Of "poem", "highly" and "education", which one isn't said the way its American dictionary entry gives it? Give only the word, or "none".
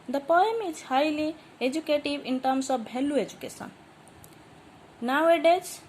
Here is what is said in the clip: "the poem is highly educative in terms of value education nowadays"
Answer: education